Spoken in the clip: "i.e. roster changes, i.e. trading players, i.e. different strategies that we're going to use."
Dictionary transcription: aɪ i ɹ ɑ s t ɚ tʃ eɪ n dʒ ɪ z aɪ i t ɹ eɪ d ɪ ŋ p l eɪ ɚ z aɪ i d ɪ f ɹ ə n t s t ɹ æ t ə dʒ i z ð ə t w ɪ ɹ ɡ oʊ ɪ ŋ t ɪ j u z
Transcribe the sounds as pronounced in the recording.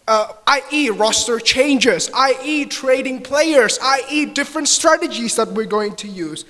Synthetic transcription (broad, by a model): aɪ i ɹ ɑ s t ɚ tʃ eɪ n dʒ ɪ z aɪ i t ɹ eɪ d ɪ ŋ p l eɪ ɚ z aɪ i d ɪ f ɹ ə n t s t ɹ æ t ə dʒ i z ð ə t w ɪ ɹ ɡ oʊ ɪ ŋ t ɪ j u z